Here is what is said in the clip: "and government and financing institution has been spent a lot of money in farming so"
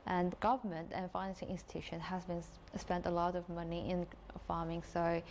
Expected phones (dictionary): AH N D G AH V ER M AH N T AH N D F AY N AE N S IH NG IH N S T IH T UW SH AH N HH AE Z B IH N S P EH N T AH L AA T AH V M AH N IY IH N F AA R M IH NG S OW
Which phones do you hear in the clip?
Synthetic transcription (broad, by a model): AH N G AH V ER M AH N T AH N F AY N AE N S IH NG IH N S T IH T UW SH AH N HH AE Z B IH N S P EH N T AH L AA T AH V M AH N IY IH N F AA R M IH NG S OW